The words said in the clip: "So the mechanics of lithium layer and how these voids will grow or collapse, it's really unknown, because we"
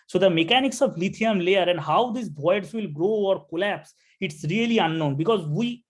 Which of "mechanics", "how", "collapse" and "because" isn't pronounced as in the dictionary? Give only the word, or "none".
none